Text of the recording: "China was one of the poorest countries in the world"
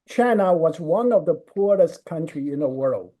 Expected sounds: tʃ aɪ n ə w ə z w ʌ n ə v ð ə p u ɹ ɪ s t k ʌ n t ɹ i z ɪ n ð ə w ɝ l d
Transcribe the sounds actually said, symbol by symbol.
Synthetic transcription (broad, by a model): tʃ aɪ n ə w ə z w ʌ n ə v ð ə p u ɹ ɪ s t k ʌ n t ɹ i ɪ n ð ə w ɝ l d